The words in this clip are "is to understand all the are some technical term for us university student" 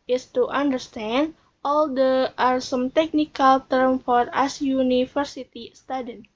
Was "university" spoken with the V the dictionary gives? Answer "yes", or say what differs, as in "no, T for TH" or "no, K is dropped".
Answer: no, F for V